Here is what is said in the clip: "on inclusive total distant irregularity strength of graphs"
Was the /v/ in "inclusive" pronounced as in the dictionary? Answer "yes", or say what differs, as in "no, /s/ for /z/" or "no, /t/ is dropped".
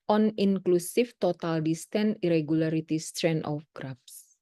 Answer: no, /f/ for /v/